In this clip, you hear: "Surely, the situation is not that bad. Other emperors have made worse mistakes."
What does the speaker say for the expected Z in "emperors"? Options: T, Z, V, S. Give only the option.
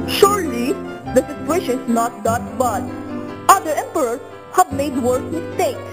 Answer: S